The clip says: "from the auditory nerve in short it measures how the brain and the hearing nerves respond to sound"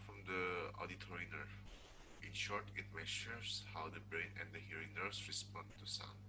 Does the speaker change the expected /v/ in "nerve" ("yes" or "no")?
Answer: yes